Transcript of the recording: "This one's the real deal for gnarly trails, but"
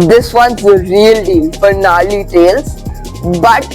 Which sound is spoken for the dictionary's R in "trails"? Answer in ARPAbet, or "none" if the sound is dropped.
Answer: none